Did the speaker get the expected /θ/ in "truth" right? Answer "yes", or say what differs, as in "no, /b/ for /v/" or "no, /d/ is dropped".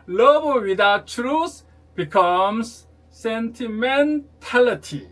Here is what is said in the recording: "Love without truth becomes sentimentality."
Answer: no, /s/ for /θ/